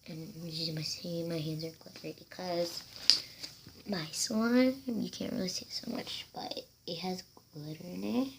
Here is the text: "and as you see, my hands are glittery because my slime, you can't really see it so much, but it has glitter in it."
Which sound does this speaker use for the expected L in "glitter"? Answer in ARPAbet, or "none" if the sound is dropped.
none